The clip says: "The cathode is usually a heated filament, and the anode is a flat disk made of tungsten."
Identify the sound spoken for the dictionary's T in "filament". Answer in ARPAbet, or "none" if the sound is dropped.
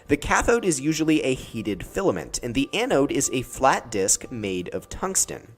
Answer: T